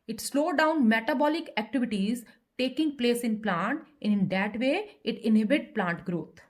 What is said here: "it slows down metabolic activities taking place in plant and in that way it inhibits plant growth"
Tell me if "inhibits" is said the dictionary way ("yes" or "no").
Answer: no